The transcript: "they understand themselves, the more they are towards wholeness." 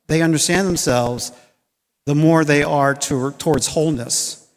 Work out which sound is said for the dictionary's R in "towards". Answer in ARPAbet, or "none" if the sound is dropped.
R